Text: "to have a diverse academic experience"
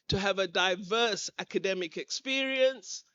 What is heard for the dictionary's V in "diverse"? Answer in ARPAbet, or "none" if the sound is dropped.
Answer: V